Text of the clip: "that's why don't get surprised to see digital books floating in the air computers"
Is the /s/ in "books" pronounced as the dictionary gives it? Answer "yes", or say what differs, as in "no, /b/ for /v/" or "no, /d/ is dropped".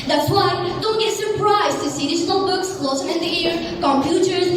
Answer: yes